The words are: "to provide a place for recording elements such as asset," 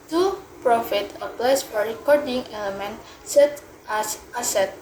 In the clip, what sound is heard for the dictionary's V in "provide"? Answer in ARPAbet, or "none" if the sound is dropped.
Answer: F